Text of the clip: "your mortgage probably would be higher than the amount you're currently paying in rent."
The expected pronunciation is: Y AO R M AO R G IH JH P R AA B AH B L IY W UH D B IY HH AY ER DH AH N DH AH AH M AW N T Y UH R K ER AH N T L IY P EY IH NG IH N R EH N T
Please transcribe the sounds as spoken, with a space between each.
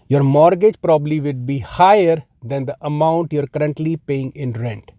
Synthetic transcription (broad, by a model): Y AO R M AO R G IH JH P R AA B AH B L IY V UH D B IY HH AY ER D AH N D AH AH M AW N T Y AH R K ER AH N T L IY P EY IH NG IH N R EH N T